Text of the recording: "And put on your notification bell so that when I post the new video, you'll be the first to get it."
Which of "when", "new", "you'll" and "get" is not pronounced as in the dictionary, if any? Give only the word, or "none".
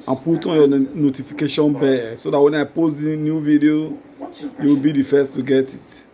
you'll